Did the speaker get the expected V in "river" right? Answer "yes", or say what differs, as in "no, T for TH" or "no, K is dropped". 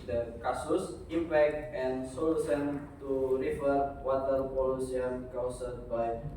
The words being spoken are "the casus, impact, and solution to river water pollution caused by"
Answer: no, F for V